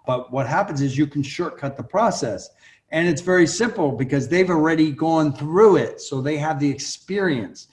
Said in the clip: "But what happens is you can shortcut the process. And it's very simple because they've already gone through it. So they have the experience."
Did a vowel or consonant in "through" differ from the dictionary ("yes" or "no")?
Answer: no